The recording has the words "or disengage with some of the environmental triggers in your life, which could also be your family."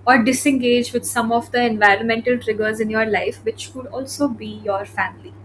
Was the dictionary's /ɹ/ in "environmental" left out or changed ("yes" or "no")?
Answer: no